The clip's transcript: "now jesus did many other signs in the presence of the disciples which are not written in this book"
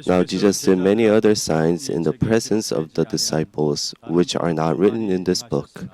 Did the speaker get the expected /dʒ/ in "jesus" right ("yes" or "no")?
yes